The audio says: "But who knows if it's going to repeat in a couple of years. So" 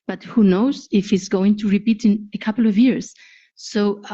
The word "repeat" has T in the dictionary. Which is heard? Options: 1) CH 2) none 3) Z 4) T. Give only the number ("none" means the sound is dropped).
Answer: 4